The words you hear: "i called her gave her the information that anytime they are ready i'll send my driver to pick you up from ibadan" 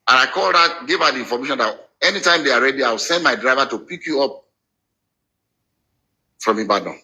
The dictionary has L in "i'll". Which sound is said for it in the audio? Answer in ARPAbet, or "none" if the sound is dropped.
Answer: W